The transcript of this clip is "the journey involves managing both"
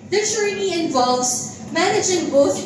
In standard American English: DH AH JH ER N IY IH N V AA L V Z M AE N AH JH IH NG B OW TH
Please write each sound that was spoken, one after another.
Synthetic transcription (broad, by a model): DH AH CH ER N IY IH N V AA L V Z M AE N AH JH IH NG B OW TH